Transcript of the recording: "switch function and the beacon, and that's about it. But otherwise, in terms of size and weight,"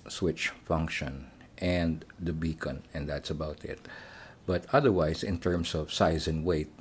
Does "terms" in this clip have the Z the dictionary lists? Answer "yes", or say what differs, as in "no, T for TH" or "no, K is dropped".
no, S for Z